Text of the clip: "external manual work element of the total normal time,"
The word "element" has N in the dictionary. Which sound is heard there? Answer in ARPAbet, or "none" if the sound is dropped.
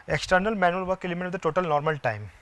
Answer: none